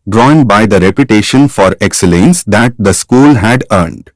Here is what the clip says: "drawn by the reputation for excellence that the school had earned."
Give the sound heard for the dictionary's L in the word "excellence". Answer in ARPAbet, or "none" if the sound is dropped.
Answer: L